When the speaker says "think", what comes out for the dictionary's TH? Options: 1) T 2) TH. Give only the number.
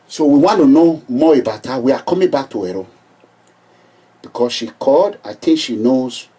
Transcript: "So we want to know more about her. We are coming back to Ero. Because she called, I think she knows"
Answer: 1